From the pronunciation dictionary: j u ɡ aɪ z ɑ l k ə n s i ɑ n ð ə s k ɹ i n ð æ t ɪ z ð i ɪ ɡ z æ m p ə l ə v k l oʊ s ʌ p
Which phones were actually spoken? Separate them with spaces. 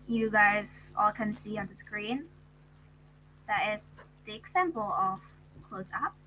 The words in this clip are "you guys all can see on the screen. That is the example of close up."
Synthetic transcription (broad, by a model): j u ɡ aɪ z ɑ l k ə n s i ɑ n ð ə s k ɹ i n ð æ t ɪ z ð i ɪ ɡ s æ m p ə l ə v k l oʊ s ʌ p